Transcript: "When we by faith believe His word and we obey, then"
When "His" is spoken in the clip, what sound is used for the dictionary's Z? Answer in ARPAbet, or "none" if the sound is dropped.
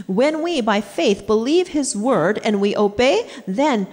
Z